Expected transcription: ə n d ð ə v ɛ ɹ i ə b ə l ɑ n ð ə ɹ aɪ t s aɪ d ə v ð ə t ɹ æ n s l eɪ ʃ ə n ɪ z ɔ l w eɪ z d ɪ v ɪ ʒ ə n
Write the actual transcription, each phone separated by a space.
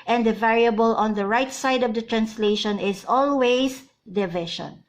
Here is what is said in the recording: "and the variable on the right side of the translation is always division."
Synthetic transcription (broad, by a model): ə n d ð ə v ɛ ɹ i ə b ə l ɑ n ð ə ɹ aɪ t s aɪ d ə v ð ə t ɹ æ n s l eɪ ʃ ə n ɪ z ɔ l w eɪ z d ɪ v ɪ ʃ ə n